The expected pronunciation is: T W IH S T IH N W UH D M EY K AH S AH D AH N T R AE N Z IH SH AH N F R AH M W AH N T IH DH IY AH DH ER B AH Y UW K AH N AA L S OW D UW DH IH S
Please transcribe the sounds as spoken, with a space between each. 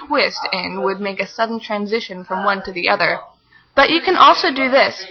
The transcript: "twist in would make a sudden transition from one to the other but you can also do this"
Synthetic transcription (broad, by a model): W IH S T IH N W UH D M EY K AH S AH D N T R AE N Z IH SH AH N F R AH M W AH N T IH DH IY AH DH ER B AH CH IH K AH N AA L S OW D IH DH IH S